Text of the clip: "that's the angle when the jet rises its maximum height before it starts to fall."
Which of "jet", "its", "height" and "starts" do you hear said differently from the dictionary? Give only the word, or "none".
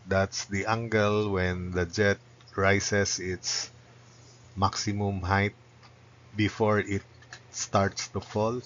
none